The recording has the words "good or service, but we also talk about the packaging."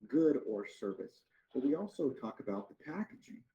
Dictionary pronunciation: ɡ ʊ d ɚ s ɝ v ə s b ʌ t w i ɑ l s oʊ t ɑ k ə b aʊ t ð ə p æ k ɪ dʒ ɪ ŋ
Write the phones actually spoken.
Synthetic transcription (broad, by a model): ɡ ʊ d ɚ s ɝ v ə s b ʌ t w i ɑ l s oʊ t ɑ k ə b aʊ t ð ə p æ k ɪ dʒ ɪ ŋ